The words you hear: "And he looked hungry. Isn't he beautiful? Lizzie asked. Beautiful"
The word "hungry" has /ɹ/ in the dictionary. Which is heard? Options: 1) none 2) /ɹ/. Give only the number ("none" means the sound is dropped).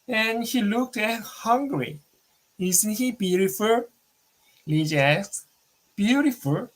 2